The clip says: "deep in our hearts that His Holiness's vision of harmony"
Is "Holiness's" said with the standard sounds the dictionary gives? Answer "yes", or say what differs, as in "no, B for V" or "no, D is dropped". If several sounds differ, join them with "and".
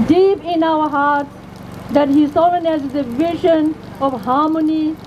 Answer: no, Z is dropped